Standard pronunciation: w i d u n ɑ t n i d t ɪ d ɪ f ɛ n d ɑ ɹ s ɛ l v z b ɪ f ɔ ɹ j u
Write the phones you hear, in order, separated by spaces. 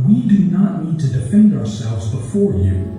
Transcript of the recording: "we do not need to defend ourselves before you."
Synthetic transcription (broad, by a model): w i d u n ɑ t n i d t ɪ d ɪ f ɛ n d ɑ ɹ s ɛ l v z b ɪ f ɔ ɹ j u